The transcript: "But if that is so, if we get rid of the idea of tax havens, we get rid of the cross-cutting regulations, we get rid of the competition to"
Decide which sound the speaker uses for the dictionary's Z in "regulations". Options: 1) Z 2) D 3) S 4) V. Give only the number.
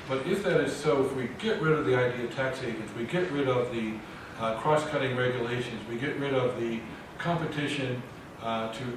1